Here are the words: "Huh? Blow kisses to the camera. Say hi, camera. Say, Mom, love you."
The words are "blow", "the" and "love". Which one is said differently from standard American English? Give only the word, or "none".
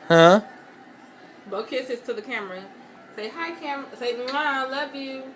blow